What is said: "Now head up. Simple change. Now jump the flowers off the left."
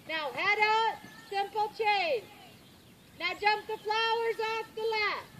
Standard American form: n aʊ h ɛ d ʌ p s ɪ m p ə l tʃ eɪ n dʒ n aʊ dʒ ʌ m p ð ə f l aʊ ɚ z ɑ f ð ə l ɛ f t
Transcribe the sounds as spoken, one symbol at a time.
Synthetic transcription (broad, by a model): n aʊ h ɛ d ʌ s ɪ m p l tʃ eɪ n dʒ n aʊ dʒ ʌ m p ð ə f l aʊ ɚ z ɑ f ð ə l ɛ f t